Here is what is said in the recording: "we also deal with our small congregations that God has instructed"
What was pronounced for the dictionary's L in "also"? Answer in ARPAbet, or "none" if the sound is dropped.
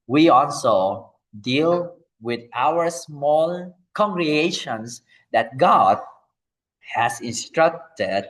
L